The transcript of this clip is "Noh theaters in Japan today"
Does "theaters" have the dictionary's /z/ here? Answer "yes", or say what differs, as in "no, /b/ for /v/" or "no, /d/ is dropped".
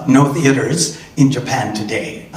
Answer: yes